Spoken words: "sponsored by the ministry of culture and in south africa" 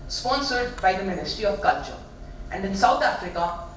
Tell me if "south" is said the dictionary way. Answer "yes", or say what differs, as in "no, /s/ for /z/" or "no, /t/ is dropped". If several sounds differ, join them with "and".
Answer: no, /t/ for /θ/